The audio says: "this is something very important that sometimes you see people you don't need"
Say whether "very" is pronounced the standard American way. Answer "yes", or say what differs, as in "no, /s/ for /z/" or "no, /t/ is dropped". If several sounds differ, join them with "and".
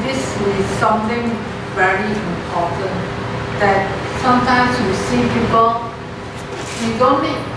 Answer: yes